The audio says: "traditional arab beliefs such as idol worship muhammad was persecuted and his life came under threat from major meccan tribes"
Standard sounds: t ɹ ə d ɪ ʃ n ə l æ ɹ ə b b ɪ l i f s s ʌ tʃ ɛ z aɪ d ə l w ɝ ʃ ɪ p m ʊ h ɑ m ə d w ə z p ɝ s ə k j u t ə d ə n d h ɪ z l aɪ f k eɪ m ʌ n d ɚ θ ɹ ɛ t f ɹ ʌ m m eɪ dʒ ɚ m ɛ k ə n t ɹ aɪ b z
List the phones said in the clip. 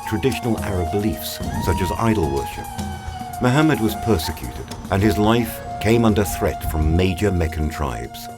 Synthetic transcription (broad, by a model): t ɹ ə d ɪ ʃ n l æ ɹ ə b b ɪ l i f s s ʌ tʃ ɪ z aɪ d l w ɝ ʃ ɪ p m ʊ h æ m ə d w ə z p ɝ s ə k j u t ə d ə n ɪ z l aɪ f k eɪ m ʌ n d ɚ θ ɹ ɛ t f ɹ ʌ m m eɪ dʒ ɚ m ɛ k ə n t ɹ aɪ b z